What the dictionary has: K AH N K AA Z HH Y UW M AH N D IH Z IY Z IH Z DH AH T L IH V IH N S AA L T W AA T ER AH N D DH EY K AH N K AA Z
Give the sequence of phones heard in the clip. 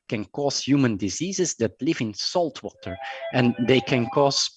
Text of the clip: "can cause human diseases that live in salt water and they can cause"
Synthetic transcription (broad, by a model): K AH N K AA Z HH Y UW M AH N D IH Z IY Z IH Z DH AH T L IH V IH N S AA L T W AA T ER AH N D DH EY K AH N K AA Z